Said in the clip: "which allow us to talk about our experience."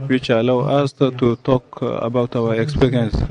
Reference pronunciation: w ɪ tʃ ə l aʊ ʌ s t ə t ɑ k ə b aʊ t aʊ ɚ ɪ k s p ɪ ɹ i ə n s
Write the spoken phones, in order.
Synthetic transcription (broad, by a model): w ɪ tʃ ə l aʊ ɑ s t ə t ɑ k ə b aʊ t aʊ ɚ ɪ k s p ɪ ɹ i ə n s